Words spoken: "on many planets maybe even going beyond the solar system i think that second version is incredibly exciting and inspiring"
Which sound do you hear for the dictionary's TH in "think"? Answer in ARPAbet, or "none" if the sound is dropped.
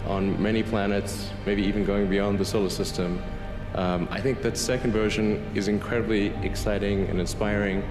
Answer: TH